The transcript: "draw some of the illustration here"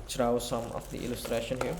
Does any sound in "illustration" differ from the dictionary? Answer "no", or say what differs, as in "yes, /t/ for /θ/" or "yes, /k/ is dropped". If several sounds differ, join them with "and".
no